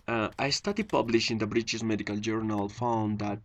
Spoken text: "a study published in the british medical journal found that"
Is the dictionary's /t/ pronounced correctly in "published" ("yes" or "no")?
no